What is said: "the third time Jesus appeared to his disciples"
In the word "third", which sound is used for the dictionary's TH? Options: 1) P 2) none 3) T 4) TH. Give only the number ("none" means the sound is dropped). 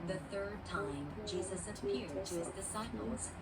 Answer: 4